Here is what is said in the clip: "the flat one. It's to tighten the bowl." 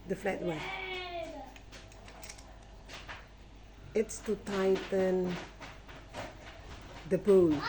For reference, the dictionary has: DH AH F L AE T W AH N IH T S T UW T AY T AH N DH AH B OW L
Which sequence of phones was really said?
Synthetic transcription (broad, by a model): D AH F L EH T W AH IH T S T UW T AY T AH N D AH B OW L